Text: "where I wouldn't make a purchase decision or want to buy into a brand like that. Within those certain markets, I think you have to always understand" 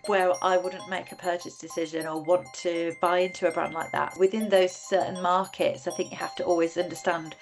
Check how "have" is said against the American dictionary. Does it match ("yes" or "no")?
no